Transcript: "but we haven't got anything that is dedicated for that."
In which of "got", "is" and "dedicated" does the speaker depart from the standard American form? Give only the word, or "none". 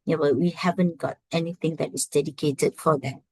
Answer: is